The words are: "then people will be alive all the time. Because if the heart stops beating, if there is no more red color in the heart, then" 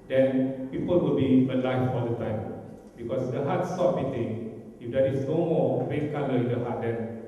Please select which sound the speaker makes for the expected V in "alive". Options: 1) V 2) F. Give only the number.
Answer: 2